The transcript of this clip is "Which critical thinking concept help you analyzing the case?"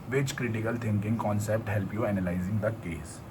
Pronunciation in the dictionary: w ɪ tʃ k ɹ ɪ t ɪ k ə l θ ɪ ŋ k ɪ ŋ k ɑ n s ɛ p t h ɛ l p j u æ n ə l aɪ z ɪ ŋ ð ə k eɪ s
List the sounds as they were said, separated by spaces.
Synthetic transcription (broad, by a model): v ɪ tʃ k ɹ ɪ t ɪ k ə l t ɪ ŋ k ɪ ŋ k ɑ n s ɛ p t h ɛ l p j u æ n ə l aɪ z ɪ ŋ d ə k eɪ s